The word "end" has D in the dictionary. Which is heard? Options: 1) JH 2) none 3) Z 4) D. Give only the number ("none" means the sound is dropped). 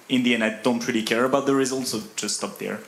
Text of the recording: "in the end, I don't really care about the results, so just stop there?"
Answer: 2